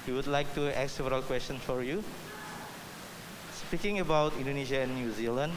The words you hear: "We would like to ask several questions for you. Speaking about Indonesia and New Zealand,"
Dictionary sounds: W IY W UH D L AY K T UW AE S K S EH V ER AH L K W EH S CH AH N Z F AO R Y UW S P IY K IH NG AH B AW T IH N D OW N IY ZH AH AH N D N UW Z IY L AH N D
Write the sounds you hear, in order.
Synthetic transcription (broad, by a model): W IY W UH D L AY K T UW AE K S EH V ER AH L K W EH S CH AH N S F AO R Y UW S P IY K IH NG AH B AW T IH N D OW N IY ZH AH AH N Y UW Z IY L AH N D